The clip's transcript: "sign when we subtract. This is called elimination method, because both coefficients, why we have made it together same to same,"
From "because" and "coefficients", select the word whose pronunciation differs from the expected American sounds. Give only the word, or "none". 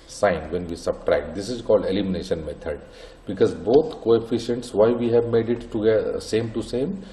none